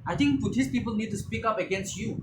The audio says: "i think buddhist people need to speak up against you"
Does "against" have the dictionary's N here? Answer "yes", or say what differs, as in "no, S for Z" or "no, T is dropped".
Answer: yes